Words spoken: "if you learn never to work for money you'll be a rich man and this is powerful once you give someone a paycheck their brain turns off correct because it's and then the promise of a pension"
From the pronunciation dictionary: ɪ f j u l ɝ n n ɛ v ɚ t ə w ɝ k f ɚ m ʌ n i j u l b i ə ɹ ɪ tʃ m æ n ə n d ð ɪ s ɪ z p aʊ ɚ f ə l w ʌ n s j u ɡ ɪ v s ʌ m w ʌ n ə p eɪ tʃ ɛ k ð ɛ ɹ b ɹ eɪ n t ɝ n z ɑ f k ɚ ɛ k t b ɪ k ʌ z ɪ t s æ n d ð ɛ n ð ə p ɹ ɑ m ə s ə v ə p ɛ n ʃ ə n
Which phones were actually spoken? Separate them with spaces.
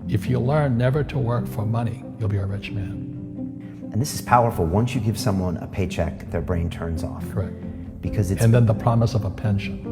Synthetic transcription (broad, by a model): ɪ f j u l ɝ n n ɛ v ɚ t ə w ɝ k f ɚ m ʌ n i j u l b i ə ɹ ɪ tʃ m æ n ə n ð ɪ s ɪ z p aʊ ɚ f l w ʌ n s j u ɡ ɪ v s ʌ m w ʌ n ə p eɪ tʃ ɛ k ð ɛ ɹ b ɹ eɪ n t ɝ n z ɑ f k ɚ ɛ k t b ɪ k ʌ z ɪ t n ð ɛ n ð ə p ɹ ɑ m ə s ə v ə p ɛ n ʃ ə n